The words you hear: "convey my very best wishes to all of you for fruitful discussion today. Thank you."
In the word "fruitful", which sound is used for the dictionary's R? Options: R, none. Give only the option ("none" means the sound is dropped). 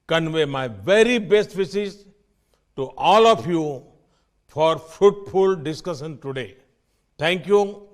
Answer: none